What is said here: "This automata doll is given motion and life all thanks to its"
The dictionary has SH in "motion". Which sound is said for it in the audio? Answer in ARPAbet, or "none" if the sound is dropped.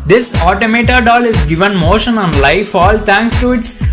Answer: SH